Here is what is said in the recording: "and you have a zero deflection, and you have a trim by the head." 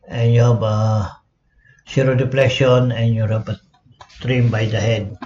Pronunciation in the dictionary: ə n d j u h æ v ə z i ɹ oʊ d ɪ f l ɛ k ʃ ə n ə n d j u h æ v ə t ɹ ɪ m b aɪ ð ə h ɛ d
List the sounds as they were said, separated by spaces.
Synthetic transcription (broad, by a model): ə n j u h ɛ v ə s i ɹ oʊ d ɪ p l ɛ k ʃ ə n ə n j u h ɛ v ə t ɹ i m b aɪ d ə h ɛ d